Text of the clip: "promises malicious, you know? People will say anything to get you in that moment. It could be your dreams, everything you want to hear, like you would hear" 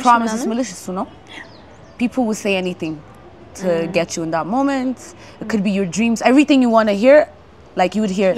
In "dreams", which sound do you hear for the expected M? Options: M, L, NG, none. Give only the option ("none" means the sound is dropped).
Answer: M